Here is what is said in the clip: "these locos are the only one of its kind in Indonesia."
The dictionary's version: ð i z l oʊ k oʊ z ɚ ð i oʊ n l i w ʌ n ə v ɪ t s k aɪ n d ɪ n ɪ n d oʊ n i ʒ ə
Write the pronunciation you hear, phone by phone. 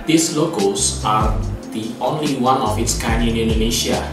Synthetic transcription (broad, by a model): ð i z l oʊ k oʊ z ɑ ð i oʊ n l i w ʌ n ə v ɪ t s k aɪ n ɪ n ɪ n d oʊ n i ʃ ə